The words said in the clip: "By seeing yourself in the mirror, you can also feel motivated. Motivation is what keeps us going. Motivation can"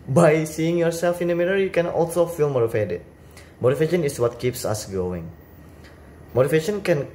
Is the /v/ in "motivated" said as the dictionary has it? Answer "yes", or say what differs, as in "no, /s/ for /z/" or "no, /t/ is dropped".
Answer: no, /f/ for /v/